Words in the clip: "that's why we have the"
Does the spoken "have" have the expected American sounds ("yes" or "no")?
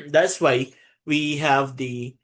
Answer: yes